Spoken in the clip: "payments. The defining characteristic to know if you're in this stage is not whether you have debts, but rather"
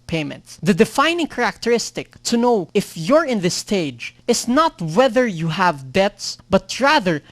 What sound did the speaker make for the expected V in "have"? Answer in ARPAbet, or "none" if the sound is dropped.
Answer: V